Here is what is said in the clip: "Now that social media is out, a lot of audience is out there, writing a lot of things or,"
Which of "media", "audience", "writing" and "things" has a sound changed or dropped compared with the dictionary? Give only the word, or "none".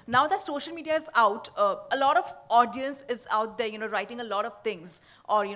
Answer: things